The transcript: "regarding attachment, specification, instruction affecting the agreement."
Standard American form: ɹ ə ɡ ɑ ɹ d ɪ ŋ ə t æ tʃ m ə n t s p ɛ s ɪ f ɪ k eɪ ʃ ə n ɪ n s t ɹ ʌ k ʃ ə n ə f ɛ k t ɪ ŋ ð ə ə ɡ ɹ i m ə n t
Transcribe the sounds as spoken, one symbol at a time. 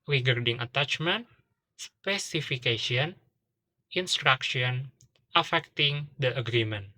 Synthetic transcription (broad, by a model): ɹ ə ɡ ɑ ɹ d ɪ ŋ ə t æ tʃ m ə n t s p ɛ s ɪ f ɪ k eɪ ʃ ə n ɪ n s t ɹ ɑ k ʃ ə n ə f ɛ k t ɪ ŋ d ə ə ɡ ɹ i m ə n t